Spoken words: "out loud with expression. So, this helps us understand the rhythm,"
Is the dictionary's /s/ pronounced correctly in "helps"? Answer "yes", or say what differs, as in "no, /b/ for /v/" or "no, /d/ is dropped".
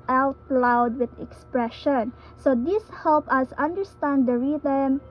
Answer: no, /s/ is dropped